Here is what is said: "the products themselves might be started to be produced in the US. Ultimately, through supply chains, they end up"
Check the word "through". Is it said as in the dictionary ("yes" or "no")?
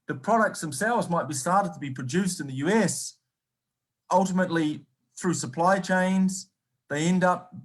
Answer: yes